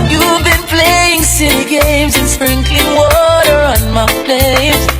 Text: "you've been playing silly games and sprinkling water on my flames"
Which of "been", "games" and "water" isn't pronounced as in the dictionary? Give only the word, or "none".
none